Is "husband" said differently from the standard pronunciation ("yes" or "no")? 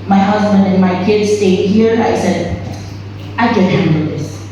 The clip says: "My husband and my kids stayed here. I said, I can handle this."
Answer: no